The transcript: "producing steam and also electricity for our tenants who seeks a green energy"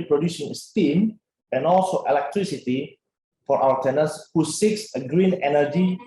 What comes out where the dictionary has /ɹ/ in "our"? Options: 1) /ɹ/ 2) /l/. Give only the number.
2